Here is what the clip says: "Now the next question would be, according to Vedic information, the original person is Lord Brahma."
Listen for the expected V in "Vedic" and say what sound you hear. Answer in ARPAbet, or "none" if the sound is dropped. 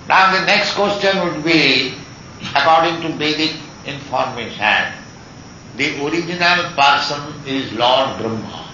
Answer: B